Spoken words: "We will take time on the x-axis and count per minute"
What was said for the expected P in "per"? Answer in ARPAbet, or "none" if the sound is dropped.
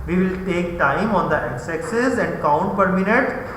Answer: P